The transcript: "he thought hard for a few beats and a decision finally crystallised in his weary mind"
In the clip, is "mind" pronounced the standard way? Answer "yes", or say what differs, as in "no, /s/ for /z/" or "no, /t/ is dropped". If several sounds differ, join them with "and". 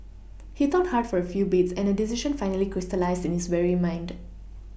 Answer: yes